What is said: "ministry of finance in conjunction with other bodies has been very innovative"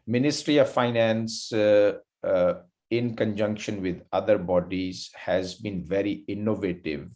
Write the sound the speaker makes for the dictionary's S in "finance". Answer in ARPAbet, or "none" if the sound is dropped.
S